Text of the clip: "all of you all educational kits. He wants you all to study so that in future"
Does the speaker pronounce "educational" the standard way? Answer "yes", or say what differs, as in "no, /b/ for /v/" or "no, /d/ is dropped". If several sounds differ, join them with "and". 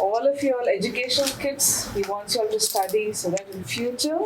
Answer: no, /n/ is dropped and /n/ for /l/